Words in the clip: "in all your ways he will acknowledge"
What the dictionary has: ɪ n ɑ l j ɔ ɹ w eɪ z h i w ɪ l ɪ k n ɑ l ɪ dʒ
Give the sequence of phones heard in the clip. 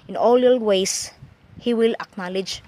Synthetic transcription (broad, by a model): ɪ n ɑ l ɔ l w eɪ s h i w ɪ l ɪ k n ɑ l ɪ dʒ